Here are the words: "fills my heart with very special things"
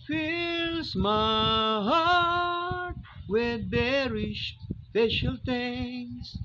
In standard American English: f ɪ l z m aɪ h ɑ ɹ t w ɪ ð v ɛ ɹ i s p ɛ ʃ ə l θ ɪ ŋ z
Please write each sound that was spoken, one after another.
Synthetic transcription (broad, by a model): f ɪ l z m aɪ h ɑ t w ɪ ð b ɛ ɹ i ʃ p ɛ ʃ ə l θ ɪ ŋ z